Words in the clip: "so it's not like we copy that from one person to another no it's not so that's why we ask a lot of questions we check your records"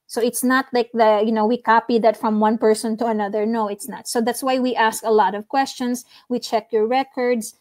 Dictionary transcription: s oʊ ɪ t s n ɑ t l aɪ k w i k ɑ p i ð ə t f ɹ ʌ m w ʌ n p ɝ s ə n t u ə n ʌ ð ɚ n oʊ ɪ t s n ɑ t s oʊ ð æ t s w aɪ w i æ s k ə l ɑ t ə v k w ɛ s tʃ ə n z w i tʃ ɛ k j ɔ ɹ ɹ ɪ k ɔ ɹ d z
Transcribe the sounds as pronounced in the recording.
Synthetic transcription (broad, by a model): s oʊ ɪ t s n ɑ t l aɪ k w i k ɑ p i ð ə t f ɹ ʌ m w ʌ n p ɝ s ə n t u ə n ʌ ð ɚ n oʊ ɪ t s n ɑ t s oʊ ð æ t s w aɪ w i æ s k ə l ɑ t ə v k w ɛ s tʃ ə n s w i tʃ ɛ k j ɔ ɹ ɹ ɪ k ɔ ɹ d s